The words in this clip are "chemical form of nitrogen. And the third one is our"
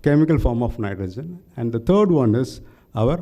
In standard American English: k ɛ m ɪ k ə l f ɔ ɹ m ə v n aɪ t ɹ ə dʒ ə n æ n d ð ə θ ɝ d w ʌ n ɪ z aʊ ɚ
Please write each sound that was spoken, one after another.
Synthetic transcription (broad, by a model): k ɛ m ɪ k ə l f ɔ ɹ m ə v n aɪ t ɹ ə dʒ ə n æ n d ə t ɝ d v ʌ n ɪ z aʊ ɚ